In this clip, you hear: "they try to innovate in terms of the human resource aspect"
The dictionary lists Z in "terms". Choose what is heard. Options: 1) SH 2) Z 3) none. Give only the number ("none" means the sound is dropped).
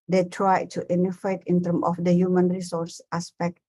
3